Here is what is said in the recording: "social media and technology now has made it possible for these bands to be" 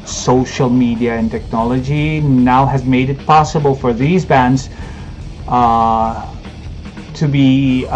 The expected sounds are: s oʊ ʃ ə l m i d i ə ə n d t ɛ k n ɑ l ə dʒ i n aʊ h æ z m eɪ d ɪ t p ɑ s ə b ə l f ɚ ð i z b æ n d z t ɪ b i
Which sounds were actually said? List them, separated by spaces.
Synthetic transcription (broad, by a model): s oʊ ʃ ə l m i d i ə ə n t ɛ k n ɑ l ə dʒ i n aʊ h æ z m eɪ d ɪ t p ɑ s ə b ə l f ɚ ð i z b æ n d z t ɪ b i